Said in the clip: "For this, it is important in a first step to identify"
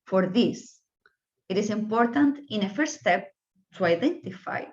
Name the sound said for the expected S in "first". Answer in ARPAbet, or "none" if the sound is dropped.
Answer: none